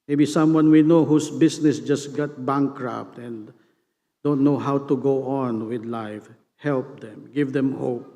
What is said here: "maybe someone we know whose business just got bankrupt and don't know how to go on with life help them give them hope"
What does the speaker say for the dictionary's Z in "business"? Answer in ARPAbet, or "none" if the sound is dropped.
S